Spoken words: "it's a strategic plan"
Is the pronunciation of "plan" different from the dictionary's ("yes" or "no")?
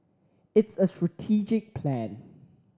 no